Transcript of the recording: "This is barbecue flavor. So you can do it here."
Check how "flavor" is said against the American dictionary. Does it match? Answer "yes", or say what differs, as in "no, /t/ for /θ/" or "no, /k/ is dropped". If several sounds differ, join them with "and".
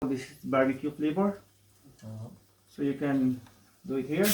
no, /b/ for /v/